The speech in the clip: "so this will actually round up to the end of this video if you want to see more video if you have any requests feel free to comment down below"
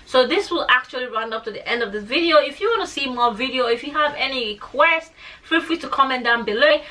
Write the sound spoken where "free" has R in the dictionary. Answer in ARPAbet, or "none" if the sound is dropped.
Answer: L